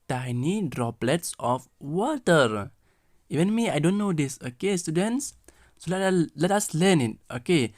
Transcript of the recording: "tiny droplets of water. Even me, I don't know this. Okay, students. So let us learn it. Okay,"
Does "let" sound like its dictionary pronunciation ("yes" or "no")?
yes